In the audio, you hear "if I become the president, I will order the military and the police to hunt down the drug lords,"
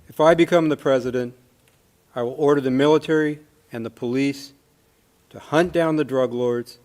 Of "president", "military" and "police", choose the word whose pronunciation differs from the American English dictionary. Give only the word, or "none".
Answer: none